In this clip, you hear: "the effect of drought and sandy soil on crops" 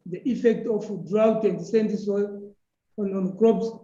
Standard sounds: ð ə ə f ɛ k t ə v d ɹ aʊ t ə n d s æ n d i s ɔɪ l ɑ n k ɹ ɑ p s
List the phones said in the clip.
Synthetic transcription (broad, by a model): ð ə ə f ɛ k t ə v d ɹ aʊ t ə n d s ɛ n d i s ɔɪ n ɑ n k ɹ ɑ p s